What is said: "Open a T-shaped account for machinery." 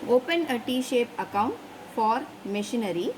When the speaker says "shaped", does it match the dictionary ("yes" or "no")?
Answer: no